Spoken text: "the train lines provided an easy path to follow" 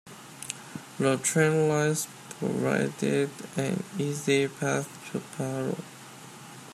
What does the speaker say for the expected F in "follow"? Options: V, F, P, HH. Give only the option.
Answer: P